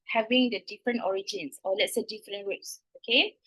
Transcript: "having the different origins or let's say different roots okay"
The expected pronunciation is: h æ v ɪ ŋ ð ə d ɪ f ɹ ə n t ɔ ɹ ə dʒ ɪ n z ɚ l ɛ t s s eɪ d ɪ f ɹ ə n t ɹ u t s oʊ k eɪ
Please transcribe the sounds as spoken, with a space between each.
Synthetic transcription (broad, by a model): h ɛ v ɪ ŋ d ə d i f ɹ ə n t ɔ ɹ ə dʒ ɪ n s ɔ l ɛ t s s eɪ d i f ɹ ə n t w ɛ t s oʊ k eɪ